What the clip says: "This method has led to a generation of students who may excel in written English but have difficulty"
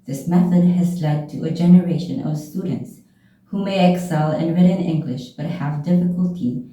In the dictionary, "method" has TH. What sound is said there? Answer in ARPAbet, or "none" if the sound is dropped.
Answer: TH